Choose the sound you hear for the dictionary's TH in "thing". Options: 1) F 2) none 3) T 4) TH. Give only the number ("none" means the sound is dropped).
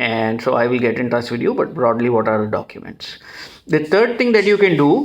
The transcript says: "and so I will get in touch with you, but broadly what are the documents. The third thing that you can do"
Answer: 3